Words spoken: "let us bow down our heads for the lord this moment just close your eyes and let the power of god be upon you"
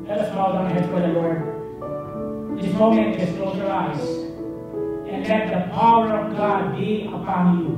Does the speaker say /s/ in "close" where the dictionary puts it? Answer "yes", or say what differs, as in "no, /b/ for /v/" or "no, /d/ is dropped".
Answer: no, /s/ is dropped